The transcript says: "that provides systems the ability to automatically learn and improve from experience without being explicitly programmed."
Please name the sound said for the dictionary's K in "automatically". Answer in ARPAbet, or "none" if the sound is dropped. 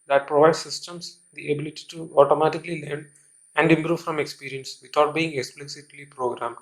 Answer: K